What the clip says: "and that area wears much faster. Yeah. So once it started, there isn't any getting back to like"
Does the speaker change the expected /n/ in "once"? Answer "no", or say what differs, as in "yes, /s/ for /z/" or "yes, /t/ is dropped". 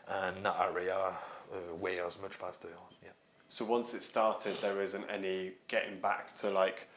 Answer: no